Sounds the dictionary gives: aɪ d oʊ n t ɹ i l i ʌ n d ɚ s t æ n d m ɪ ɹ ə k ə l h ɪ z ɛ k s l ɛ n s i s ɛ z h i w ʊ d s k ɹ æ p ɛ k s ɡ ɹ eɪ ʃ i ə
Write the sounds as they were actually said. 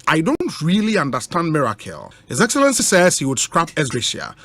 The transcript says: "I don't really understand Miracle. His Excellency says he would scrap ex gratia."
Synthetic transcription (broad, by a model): aɪ d oʊ n t ɹ i l i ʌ n d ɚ s t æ n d m ɪ ɹ ə k ə l h ɪ z ɛ k s l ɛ n s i s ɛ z h i w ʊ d s k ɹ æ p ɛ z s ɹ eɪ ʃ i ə